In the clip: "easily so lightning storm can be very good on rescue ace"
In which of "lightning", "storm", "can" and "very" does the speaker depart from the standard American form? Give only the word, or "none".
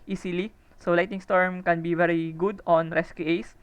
lightning